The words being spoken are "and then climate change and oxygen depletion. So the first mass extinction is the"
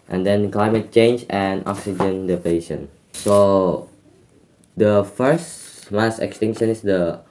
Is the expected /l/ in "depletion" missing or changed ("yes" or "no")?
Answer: yes